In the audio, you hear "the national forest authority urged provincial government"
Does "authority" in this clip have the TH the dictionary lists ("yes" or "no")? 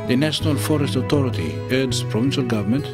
no